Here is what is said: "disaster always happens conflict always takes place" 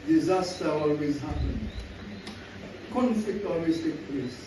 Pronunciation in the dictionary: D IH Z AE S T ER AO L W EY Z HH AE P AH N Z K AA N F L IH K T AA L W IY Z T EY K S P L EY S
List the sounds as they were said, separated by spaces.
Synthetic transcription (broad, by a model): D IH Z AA S T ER AO L W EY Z HH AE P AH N K AA N F L IH K T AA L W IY S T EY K P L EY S